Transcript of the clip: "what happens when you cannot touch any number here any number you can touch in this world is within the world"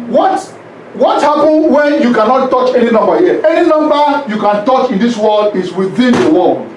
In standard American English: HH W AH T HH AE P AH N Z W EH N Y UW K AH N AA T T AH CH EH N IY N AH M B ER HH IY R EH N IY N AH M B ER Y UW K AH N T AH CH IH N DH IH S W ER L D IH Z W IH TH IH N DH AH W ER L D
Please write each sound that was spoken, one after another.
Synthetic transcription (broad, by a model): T W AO T HH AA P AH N W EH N Y UW K AH N AA T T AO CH EH N IY N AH M B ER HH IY EH N IY N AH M B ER Y UW K AH N T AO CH IH N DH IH S W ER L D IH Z W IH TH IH N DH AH W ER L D